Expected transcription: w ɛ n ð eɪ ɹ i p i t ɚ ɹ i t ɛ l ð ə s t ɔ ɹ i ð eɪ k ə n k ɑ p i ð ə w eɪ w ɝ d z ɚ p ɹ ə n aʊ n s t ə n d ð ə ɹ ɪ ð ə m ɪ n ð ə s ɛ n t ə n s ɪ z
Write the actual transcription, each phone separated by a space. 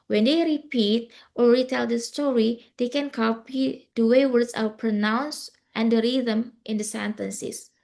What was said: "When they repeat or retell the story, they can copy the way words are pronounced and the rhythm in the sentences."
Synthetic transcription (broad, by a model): w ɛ n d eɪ ɹ i p i t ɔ ɹ i t ɛ l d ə s t ɔ ɹ i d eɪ k ə n k ɑ p i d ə w eɪ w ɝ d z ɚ p ɹ ə n aʊ n s t ə n d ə ɹ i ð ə m ɪ n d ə s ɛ n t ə n s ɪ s